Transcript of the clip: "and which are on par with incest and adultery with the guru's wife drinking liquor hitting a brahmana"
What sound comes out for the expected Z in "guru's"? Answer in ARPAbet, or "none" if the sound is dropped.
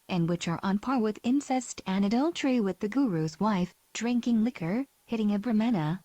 Z